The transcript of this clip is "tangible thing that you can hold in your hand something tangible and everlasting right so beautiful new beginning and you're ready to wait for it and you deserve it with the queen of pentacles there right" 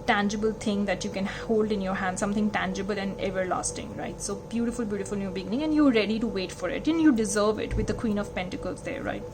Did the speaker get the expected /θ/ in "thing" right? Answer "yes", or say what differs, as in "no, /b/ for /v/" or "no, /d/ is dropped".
no, /t/ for /θ/